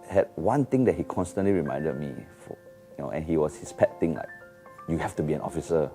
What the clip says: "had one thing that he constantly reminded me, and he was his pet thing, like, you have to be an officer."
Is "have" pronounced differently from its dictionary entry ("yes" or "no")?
yes